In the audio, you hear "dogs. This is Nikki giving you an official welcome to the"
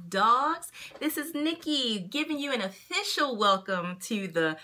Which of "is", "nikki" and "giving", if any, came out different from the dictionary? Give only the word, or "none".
none